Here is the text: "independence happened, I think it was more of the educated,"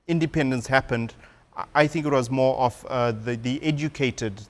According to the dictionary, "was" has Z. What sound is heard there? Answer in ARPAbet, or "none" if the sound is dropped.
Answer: Z